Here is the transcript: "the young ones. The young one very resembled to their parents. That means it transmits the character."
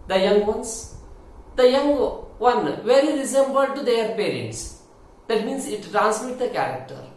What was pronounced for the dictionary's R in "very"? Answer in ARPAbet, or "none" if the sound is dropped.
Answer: L